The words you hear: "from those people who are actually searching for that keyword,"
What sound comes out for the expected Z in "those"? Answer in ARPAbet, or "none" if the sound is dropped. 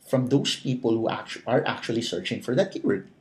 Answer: S